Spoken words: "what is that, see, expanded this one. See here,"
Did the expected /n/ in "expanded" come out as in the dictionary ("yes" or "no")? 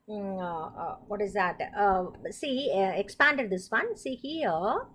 yes